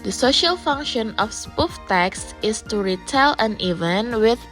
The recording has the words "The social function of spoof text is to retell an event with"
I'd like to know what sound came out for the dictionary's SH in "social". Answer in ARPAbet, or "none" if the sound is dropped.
SH